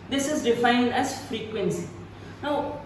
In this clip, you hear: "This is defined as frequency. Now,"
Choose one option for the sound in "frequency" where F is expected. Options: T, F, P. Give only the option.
F